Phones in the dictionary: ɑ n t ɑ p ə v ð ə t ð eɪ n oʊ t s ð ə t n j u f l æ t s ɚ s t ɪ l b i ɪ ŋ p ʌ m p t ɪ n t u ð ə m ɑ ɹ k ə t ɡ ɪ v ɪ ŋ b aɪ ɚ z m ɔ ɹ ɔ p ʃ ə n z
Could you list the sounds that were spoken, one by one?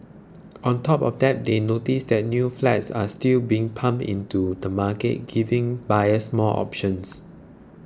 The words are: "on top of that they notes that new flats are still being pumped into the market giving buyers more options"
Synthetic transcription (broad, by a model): ɑ n t ɑ p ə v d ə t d eɪ n oʊ t s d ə t n j u f l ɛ t s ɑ s t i l b i ɪ ŋ p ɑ m t ɪ n t u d ə m ɑ k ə t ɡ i v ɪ ŋ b aɪ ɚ s m ɔ l ɔ p ʃ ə n s